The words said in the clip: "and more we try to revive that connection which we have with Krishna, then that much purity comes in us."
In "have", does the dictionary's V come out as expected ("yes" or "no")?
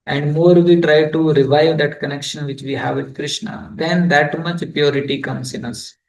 yes